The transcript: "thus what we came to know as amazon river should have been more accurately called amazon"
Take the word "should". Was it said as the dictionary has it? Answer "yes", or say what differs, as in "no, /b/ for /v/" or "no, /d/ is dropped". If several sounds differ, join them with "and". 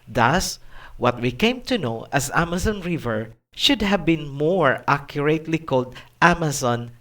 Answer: yes